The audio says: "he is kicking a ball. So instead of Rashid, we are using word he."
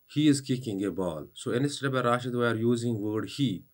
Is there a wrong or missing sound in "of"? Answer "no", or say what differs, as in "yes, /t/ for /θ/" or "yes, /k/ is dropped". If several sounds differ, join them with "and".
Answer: yes, /b/ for /v/